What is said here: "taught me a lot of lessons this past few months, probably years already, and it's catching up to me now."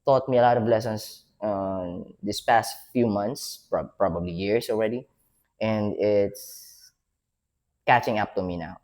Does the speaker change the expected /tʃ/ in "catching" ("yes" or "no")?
no